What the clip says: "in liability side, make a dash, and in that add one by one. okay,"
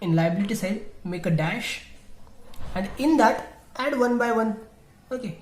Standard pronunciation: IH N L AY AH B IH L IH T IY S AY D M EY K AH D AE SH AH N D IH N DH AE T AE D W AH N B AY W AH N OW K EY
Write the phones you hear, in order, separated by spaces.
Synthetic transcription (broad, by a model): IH N L AY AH B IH L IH T IY S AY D M EY K AH D AE SH AH N D IH N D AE T AE D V AH N B AY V AH N OW K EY